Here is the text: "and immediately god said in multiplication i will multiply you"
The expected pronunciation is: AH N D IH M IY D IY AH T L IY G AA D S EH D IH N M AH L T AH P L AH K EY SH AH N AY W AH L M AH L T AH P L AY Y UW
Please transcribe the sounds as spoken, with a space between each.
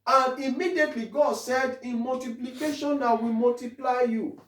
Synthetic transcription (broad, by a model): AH N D IH M IY D IY AH T L IY G AA D S EH D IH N M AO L T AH P L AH K EY SH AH N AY W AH M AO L T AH P L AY Y UW